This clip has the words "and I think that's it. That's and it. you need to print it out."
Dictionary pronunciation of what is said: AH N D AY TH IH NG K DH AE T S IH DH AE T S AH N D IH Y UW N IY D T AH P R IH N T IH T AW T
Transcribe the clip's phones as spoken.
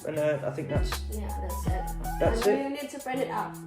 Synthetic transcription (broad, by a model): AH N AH AY TH IH NG K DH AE T S IH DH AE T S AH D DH IH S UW N IY D T AH B R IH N IH T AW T